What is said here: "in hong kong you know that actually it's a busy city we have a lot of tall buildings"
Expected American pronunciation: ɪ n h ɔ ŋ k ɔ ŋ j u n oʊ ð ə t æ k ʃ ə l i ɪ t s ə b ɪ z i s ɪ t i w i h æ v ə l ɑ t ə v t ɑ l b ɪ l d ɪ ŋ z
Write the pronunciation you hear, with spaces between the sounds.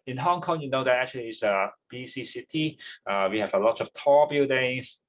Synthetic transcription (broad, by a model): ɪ n h ɔ ŋ k ɔ ŋ j u n oʊ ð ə t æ k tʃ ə l i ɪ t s ə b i s i s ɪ t i w i h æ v ə l ɑ t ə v t ɑ b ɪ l d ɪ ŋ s